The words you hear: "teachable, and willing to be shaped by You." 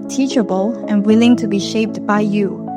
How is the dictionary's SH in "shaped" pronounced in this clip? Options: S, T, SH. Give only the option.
SH